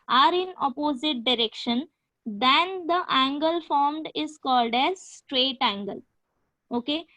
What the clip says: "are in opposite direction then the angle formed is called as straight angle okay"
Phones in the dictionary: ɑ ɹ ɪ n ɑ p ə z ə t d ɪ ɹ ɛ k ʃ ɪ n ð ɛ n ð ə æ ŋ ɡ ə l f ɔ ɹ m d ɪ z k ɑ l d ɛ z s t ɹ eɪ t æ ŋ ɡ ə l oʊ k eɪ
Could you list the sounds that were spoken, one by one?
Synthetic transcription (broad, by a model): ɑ ɹ ɪ n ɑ p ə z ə t d ɪ ɹ ɛ k ʃ ɪ n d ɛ n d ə æ ŋ ɡ ə l f ɔ ɹ m d ɪ z k ɑ l d ɛ z s t ɹ eɪ t æ ŋ ɡ ə l oʊ k eɪ